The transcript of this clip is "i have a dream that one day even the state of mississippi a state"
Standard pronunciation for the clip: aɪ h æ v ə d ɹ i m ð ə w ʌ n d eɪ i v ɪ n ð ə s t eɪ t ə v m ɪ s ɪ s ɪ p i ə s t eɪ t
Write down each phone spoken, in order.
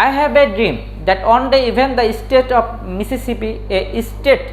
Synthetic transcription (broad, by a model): aɪ h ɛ b ə d ɹ i m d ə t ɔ n d eɪ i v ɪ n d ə s t eɪ t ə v m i s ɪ s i p i ə s t eɪ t